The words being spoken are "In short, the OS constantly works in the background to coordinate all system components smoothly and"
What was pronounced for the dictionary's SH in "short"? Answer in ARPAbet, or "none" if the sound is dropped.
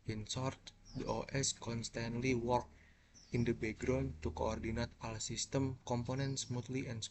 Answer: S